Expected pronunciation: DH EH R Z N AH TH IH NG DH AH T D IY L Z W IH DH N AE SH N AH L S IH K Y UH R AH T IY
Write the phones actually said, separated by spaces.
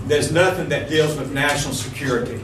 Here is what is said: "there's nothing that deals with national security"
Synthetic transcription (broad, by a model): DH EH R Z N AH TH IH NG DH AH T D IY L Z W IH DH N AE SH N L S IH K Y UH R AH T IY